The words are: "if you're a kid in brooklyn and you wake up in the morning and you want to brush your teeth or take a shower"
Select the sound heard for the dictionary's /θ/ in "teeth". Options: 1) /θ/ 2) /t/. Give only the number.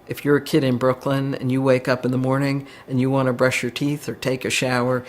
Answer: 1